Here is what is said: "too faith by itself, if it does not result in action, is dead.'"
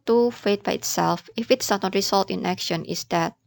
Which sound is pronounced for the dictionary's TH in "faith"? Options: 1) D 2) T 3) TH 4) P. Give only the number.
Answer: 2